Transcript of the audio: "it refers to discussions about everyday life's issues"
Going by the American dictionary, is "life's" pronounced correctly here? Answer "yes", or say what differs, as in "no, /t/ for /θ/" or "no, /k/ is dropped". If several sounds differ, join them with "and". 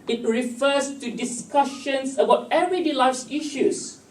no, /f/ is dropped